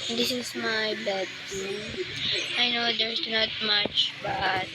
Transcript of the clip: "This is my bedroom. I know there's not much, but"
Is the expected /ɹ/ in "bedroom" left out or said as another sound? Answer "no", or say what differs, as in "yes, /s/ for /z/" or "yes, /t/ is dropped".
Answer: yes, /ɹ/ is dropped